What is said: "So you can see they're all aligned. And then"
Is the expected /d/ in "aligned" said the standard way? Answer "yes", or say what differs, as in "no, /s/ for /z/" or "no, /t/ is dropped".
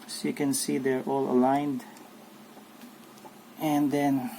yes